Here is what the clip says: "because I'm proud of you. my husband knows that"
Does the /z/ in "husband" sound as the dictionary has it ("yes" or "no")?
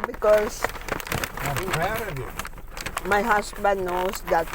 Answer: no